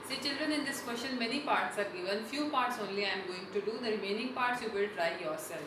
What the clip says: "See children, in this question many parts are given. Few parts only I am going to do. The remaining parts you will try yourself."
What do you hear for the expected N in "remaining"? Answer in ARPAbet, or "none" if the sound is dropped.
N